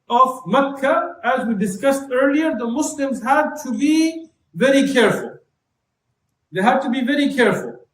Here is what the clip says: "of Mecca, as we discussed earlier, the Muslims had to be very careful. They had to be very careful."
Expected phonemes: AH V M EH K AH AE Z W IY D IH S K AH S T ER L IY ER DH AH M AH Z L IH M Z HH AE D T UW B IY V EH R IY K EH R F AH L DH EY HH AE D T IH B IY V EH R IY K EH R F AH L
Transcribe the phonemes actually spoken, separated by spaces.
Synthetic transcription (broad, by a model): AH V M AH K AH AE Z W IY D IH S K AH S T ER L IY ER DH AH M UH S L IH M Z HH AE D T UW B IY V EH R IY K EH R F AH L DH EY HH AE D T IH B IY V EH R IY K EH R F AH L